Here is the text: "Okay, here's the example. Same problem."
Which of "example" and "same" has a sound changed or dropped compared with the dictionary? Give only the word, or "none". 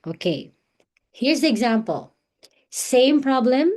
none